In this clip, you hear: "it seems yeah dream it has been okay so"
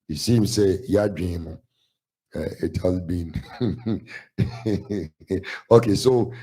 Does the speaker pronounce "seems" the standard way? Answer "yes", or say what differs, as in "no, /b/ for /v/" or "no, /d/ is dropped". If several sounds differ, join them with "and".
no, /s/ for /z/